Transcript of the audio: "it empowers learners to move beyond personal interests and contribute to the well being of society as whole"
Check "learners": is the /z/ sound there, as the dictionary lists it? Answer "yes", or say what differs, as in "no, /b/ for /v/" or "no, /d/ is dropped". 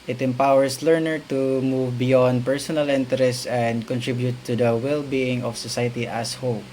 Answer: no, /z/ is dropped